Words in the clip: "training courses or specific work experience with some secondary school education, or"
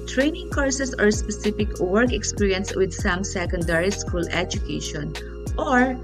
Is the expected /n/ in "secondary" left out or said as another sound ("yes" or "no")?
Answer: no